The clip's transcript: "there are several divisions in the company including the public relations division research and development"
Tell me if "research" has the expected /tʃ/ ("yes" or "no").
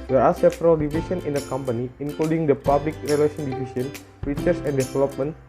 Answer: no